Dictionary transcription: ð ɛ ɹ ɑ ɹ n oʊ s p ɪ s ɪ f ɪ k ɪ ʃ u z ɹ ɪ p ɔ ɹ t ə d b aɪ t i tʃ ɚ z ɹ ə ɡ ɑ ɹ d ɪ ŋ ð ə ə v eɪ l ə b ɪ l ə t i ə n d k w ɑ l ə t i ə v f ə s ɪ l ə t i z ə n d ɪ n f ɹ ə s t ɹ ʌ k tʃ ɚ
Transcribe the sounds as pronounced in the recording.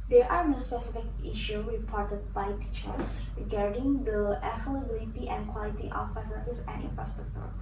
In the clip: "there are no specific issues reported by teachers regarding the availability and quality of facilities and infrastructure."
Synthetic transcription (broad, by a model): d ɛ ɹ ɑ ɹ n oʊ s p ɪ s ɪ f ɪ k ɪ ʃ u ɹ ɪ p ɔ ɹ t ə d b aɪ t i tʃ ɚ s ɹ ə ɡ ɑ ɹ d ɪ ŋ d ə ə f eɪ l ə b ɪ l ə t i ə n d k w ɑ l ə t i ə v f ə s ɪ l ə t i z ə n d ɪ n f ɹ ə s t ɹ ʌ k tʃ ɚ